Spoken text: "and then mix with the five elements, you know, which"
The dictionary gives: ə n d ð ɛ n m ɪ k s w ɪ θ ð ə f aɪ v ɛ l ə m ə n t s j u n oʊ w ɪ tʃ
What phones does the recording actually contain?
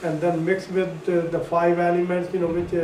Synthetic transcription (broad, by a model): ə n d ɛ n m ɪ k s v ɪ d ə f aɪ v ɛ l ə m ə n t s j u n oʊ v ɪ tʃ